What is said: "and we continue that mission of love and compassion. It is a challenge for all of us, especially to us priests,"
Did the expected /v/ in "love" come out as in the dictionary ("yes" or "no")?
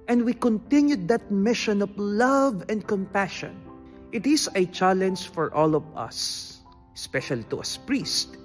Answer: yes